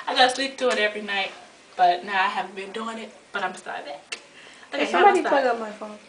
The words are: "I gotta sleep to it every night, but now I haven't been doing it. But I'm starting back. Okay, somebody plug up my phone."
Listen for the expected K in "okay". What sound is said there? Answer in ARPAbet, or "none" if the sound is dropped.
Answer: none